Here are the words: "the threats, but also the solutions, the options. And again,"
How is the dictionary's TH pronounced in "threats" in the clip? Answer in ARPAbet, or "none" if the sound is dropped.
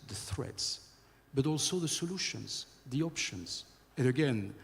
TH